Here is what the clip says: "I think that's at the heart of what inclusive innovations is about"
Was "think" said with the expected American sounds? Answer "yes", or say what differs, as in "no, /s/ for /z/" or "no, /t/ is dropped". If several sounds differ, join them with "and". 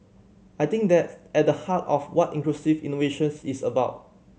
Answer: no, /t/ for /θ/